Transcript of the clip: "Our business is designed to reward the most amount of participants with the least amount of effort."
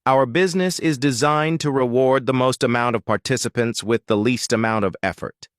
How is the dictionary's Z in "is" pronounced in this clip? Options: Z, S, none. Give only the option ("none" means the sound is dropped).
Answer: Z